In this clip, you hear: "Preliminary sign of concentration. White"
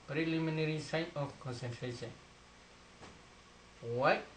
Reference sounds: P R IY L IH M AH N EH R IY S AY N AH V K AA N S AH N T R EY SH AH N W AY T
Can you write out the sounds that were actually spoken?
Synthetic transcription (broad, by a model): P R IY L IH M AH N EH R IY S AY N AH F K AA N S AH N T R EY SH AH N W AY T